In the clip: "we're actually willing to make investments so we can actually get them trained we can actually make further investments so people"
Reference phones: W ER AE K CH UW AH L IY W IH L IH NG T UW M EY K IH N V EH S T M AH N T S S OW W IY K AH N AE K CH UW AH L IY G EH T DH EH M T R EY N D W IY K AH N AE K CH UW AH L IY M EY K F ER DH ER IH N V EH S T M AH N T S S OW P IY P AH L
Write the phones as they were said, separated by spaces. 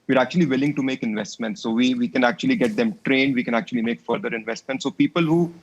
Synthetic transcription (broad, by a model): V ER AE K CH UW AH L IY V IH L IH NG T UW M EY K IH N V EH S T M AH N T S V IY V IY K AH N AE K CH UW AH L IY G EH T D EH M T R EY N D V IY K AH N AE K CH UW AH L IY M EY K F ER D ER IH N V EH S T M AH N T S S OW P IY P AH L